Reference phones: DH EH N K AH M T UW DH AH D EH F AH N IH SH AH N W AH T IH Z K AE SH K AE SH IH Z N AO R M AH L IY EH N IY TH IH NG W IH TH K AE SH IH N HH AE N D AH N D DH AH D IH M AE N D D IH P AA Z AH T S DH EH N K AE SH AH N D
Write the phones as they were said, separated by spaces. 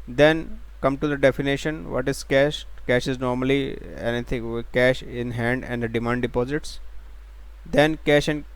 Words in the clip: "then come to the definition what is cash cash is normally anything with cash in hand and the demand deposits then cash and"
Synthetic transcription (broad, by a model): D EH N K AH M T UW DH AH D EH F AH N IH SH AH N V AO T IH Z K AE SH K AE SH IH Z N AO R M AH L IY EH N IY T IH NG K AE SH IH N HH AE N D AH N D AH D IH M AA N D D IH P AA Z AH T S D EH N K AE SH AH N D